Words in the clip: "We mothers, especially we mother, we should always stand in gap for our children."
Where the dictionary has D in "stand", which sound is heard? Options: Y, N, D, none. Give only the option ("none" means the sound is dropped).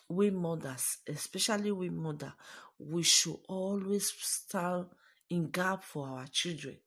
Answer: none